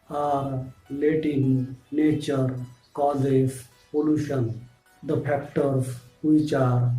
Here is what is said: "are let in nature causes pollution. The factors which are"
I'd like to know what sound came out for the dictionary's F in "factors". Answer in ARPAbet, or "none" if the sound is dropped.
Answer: P